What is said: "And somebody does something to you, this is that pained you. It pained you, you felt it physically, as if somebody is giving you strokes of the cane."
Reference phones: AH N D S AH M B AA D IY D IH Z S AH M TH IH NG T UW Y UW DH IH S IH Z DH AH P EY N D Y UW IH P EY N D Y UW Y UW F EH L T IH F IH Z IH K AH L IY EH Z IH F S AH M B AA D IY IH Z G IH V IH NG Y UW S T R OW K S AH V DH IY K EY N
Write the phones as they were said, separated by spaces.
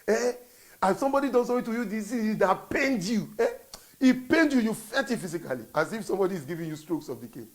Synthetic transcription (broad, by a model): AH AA S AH M B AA D IY D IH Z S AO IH T UW Y UW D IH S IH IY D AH P EY N D Y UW IH P EY N D Y UW Y UW F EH T IH F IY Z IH K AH L IY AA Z IH F S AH M B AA D IY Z G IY V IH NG Y UW S T R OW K S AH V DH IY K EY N